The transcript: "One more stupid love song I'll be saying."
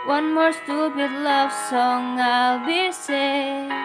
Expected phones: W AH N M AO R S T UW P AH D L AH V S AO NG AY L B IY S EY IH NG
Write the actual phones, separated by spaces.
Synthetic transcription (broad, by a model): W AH N M AO R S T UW B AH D L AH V S AO NG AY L B IY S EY